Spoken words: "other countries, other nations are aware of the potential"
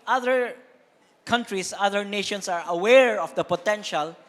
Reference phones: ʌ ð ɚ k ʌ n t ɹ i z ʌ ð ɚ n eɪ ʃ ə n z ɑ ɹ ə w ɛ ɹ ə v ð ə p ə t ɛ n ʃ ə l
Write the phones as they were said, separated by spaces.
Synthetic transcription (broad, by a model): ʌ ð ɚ k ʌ n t ɹ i s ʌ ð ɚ n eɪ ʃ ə n s ɑ ɹ ə w ɛ ɹ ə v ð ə p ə t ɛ n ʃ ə l